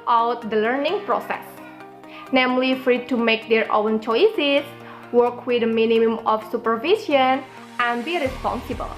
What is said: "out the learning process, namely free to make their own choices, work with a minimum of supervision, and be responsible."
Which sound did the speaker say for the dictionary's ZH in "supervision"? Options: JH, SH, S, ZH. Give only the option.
S